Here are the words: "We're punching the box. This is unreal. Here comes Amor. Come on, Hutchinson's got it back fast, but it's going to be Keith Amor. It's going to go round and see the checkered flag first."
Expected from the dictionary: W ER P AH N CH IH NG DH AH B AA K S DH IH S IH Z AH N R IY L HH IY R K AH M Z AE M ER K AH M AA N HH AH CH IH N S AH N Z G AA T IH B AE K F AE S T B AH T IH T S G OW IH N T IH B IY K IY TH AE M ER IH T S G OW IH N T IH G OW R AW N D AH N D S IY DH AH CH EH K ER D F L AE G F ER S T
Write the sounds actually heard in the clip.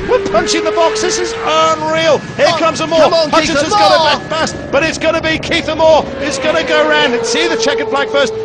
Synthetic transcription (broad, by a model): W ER P AH N CH IH NG DH AH B AA K S DH IH S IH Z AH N R IY L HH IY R K AH M Z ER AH M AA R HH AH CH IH S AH Z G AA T IH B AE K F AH S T B AH T IH T S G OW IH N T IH B IY K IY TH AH M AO IH T S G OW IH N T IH G OW R AW N D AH N S IY DH AH CH EH K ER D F L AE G F ER S T